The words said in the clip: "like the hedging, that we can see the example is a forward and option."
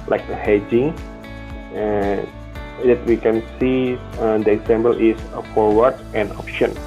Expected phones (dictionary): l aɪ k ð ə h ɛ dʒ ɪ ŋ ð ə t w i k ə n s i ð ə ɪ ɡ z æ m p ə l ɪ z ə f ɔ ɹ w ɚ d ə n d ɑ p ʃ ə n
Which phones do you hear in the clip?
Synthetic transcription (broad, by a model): l aɪ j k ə h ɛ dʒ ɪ ŋ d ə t w i k ə n s i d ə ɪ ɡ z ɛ m b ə l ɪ s ə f ɔ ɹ w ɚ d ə n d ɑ p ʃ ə n